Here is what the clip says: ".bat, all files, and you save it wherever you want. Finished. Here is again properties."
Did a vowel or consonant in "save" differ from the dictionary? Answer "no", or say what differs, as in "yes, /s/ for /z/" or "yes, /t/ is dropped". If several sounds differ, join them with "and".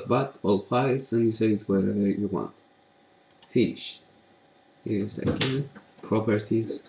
yes, /v/ is dropped